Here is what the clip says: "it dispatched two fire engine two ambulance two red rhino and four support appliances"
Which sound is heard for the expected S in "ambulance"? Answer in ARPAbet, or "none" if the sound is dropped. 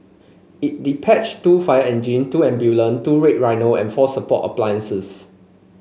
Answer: none